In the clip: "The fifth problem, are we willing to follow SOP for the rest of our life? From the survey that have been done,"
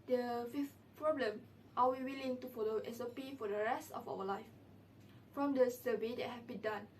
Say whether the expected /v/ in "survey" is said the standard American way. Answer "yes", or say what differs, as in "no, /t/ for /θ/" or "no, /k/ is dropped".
no, /b/ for /v/